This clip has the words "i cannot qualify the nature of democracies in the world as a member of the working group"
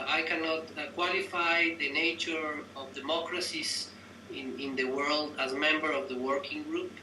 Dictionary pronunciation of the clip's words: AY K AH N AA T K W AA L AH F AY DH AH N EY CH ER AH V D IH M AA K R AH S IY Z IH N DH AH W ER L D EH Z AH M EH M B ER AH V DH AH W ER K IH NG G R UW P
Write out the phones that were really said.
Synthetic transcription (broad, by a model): AY K AH N AA T K W AA L AH F AY DH AH N EY CH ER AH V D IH M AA K R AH S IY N IH N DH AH W ER L D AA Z M EH M B ER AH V DH AH W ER K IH NG G R UW P